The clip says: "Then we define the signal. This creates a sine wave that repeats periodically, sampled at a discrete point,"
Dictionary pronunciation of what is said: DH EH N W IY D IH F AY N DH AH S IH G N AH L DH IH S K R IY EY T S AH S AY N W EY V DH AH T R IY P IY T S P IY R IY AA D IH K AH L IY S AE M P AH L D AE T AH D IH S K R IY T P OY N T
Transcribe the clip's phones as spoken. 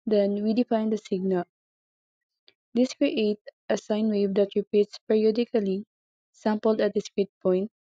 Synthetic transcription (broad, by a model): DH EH N W IY D IH F AY N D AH S IH G N AH L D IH S K R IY EY T AH S AY N W EY V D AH T R IY P IY T S P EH R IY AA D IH K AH L IY S AE M P AH L D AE T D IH S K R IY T P OY N T